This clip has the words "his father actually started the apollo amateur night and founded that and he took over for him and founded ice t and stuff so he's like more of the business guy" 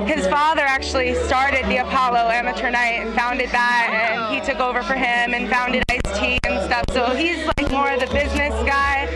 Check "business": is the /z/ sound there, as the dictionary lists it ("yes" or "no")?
yes